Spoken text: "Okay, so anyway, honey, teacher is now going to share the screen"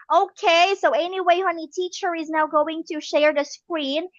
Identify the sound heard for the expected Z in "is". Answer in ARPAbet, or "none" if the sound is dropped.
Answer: Z